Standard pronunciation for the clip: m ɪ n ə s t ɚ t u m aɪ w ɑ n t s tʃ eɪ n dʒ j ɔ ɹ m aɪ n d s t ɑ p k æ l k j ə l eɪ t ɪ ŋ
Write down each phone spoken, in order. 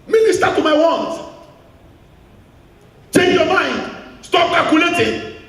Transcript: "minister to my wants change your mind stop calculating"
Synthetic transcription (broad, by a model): m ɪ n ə s t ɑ t u m aɪ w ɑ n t tʃ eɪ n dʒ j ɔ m aɪ n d s t ɑ p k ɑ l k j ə l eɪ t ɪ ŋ